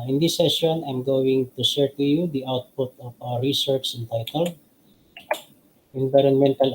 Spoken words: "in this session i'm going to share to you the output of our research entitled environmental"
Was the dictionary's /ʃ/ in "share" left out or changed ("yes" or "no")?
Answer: yes